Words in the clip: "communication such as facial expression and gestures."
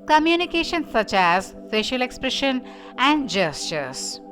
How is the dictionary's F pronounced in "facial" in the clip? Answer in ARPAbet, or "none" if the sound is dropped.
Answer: P